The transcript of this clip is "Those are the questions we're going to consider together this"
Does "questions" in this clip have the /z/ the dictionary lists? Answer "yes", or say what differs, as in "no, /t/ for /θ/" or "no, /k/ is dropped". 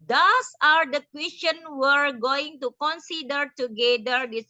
no, /z/ is dropped